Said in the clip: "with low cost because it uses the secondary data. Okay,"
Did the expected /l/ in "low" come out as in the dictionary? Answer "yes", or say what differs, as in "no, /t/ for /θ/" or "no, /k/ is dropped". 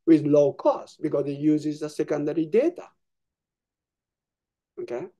yes